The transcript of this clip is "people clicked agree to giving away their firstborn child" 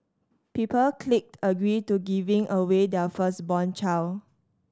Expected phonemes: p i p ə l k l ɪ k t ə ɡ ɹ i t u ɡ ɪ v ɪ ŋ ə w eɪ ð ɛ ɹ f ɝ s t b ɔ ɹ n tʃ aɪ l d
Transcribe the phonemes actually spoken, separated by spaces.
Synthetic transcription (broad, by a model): p i p ə l k l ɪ k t ə ɡ ɹ i t u ɡ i v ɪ ŋ ə w eɪ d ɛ f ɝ s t b ɔ n tʃ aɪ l